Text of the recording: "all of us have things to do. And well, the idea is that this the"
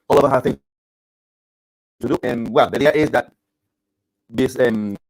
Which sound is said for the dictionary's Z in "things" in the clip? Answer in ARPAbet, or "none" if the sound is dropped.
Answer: none